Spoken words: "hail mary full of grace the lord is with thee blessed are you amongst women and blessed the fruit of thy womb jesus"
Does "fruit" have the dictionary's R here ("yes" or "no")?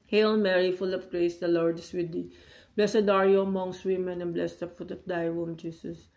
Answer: no